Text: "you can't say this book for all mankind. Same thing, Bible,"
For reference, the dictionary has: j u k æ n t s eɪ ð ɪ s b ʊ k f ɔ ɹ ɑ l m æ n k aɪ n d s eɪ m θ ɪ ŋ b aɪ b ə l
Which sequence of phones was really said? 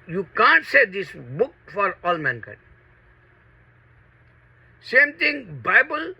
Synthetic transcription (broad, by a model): j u k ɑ n t s eɪ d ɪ s b ʊ k f ɔ ɹ ɑ l m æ n k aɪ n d s eɪ m t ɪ ŋ b aɪ b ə l